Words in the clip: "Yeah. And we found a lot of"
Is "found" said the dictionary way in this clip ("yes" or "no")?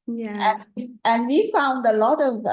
yes